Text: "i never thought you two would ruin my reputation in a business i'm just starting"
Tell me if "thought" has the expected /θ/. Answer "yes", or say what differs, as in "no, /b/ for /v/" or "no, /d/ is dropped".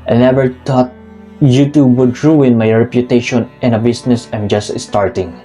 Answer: no, /t/ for /θ/